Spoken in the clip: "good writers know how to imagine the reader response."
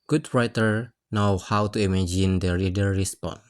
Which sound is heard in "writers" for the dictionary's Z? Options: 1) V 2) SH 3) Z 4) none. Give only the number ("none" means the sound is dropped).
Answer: 4